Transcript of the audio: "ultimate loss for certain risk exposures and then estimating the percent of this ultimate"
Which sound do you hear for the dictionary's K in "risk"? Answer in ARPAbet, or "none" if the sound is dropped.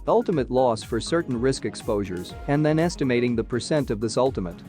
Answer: K